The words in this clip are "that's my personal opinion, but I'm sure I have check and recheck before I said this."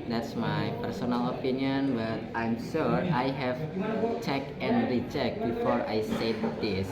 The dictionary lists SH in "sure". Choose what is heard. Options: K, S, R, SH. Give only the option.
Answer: S